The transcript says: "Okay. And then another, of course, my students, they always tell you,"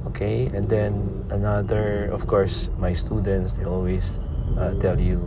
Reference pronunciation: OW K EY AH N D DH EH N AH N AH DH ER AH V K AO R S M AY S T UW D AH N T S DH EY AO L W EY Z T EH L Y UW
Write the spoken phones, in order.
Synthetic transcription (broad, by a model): OW K EY AH N D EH N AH N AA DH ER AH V K AO R S M AY S T UW D AH N T S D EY AO L W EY S T EH L Y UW